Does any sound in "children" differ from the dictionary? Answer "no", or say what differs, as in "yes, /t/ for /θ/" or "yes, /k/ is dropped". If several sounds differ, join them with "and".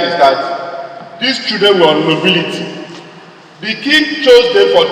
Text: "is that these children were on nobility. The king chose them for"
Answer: yes, /l/ is dropped and /ɹ/ is dropped